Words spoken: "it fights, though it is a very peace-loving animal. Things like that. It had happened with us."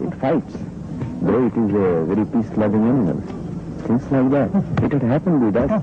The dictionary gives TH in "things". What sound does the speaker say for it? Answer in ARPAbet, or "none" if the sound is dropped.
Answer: T